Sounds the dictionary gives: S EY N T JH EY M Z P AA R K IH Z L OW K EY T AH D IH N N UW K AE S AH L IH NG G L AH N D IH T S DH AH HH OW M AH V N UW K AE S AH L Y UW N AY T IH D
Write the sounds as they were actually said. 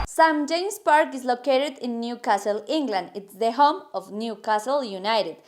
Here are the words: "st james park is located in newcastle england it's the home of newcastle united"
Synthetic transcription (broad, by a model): S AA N JH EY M S P AA R K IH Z L OW K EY T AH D IH N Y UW K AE S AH L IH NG G L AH N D IH T S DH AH HH OW M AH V N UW K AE S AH L Y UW N AY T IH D